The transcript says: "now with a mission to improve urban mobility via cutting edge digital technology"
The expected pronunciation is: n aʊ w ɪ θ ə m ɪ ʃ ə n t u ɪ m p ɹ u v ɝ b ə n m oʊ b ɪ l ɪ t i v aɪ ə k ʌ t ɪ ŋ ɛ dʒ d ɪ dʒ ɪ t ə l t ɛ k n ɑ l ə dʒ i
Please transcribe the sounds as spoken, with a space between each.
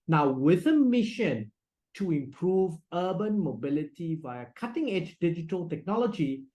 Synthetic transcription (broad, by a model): n aʊ w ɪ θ ə m ɪ ʃ ə n t u ɪ m p ɹ u v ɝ b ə n m oʊ b ɪ l ɪ t i v aɪ ə k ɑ t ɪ ŋ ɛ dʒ d ɪ dʒ ɪ t ə l t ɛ k n ɑ l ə dʒ i